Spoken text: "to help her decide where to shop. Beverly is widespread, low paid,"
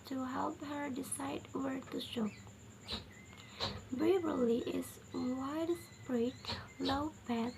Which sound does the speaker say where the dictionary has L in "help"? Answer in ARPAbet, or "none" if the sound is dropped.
L